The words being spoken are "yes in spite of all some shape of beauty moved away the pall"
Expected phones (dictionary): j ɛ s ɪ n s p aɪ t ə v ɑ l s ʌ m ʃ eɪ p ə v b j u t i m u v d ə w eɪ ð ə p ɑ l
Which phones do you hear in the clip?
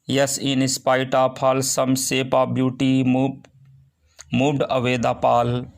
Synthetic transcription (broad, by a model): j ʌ s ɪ n s p aɪ t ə p ɑ l s ʌ m s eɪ p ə b j u t i m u d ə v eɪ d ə p ɑ l